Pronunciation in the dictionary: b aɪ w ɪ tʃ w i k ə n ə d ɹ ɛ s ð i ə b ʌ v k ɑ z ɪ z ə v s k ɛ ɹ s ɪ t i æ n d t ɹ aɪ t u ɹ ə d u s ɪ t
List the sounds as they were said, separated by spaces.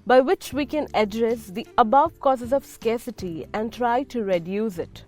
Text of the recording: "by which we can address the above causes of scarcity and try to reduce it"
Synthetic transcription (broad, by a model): b aɪ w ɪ tʃ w i k ə n ə d ɹ ɛ s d i ə b ʌ v k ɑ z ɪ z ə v s k ɛ ɹ s ɪ t i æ n d t ɹ aɪ t u ɹ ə d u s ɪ t